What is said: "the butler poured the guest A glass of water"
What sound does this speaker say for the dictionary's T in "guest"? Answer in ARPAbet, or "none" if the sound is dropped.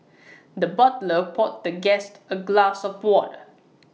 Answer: T